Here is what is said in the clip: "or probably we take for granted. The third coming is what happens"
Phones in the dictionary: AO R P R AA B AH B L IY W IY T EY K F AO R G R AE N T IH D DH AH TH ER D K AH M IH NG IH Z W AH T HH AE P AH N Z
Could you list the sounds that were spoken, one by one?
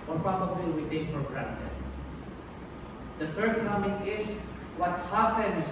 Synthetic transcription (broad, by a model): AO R P R AA B AH B L IY W IY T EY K F AO R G R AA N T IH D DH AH F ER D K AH M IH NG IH S W AH T HH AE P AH N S